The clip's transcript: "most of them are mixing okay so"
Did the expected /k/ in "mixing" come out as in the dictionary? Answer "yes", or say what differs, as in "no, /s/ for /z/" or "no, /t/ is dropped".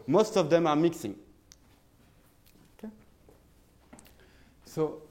yes